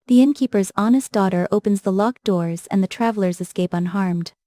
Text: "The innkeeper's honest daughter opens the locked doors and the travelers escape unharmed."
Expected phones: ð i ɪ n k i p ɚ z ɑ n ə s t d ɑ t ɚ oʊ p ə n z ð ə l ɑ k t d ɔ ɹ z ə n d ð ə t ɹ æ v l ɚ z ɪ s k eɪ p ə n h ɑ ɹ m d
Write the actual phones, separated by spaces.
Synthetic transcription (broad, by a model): ð i ɪ n k i p ɚ z ɑ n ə s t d ɑ t ɚ oʊ p ə n z ð ə l ɑ k d ɔ ɹ z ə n ð ə t ɹ æ v l ɚ z ɪ s k eɪ p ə n h ɑ ɹ m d